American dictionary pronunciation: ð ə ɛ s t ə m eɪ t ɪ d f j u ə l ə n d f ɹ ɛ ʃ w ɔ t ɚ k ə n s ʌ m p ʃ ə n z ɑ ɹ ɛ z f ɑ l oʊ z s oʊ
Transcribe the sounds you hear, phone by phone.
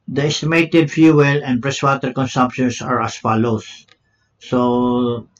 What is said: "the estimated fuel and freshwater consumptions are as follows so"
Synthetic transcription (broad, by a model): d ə ɛ s t ə m eɪ t ɪ d f j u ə l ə n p ɹ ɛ s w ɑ t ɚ k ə n s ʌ m p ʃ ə n s ɑ ɹ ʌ s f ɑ l oʊ s oʊ